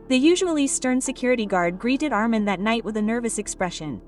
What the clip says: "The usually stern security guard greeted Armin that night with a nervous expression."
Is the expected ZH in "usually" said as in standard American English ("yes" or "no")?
yes